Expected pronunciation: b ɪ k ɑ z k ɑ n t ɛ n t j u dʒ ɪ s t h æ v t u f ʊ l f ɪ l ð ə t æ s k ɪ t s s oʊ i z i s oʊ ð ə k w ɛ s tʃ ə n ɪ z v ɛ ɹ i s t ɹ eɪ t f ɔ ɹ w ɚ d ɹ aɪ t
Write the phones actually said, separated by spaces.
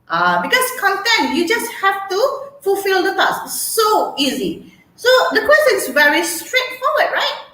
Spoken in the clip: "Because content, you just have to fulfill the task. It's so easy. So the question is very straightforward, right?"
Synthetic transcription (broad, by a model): b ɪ k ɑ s k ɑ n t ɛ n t j u dʒ ɪ s t h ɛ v t u f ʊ l f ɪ l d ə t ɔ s ɪ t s s oʊ i z i s oʊ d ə k w ɛ s tʃ ə n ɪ s v ɛ ɹ i s t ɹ eɪ t f ɔ w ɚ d ɹ aɪ t